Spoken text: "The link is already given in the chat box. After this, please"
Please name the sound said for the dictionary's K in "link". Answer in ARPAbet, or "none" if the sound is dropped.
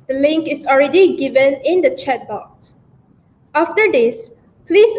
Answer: K